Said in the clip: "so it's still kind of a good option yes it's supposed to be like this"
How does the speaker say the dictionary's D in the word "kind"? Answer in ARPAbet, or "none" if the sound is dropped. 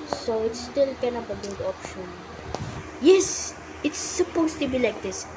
none